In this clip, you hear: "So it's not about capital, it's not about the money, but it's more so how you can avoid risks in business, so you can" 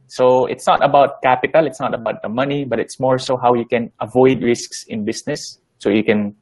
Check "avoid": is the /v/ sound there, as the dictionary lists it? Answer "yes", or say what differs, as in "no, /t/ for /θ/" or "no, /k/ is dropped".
yes